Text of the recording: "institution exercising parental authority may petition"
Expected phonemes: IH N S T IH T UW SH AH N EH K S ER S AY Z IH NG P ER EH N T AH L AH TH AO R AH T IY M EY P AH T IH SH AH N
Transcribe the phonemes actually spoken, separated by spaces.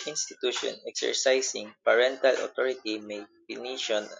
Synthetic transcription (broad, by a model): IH N S T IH T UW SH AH N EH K S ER S AY S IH NG P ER EH N T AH L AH T AO R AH T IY M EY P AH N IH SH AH N